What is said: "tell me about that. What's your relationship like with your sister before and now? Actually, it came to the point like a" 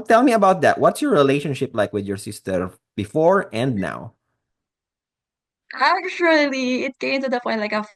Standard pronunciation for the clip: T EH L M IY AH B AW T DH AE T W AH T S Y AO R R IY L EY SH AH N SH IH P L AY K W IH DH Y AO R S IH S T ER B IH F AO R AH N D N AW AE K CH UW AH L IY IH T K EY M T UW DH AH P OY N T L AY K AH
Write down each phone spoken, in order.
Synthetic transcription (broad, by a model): T EH L M IY AH B AW T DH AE T W AH T S Y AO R R IY L EY SH AH N SH IH P L AY K W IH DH Y AO R S IH S T ER B IH F AO R AH N D N AW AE K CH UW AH L IY IH T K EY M T UW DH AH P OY T L AY K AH